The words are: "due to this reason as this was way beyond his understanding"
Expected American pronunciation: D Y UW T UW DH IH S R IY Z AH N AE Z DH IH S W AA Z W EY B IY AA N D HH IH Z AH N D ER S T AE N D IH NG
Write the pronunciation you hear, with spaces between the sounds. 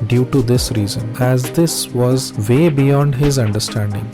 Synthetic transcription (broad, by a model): D Y UW T UW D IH S R IY Z AH N AE Z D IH S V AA Z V EY B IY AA N D HH IH Z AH N D ER S T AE N D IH NG